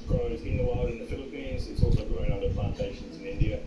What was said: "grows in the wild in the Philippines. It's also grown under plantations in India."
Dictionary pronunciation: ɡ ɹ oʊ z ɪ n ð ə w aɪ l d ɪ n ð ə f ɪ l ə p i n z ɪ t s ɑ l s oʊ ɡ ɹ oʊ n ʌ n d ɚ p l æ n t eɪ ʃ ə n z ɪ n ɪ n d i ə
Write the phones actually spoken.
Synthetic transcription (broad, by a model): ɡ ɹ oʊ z ɪ n ð ə w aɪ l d ɪ n ð ə f ɪ l ə p i n z ɪ t s ɑ l s oʊ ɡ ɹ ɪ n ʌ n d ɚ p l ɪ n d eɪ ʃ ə n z ɪ n ɪ n d i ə